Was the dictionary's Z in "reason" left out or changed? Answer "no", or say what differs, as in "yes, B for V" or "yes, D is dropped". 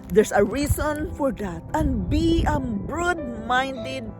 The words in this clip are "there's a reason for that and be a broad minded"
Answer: yes, S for Z